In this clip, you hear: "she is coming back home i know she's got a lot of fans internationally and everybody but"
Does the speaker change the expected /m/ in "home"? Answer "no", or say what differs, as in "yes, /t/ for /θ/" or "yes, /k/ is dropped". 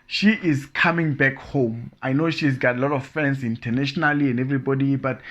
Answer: no